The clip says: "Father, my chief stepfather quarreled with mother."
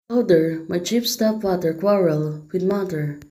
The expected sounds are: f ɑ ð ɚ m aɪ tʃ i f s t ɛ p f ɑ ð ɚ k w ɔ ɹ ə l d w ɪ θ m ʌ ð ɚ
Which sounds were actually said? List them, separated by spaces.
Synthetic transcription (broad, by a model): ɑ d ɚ m aɪ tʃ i p s t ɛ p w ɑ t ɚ k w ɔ ɹ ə l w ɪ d m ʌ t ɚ